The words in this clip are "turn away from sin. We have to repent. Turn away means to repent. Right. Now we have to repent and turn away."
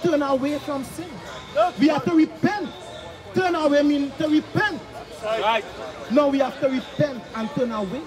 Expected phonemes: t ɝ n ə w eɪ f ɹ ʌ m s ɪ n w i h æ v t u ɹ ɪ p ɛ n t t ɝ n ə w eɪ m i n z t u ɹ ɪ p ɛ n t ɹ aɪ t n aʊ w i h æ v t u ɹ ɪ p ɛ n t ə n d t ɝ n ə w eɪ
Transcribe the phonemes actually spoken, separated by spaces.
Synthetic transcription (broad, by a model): t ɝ n ə w eɪ f ɹ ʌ m s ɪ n w i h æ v t u ɹ ɪ p ɛ n t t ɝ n ə w eɪ m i n t u ɹ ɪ p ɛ n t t n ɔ w i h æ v t u ɹ ɪ p ɛ n t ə n t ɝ n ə w eɪ